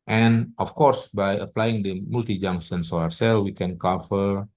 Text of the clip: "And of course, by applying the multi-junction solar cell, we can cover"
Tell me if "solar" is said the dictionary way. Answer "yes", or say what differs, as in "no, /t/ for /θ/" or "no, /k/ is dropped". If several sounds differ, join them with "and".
no, /l/ is dropped